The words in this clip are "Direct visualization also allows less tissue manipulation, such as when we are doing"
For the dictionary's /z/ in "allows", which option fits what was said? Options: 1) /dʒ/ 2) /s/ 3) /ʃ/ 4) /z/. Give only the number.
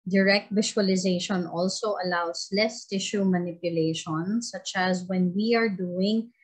2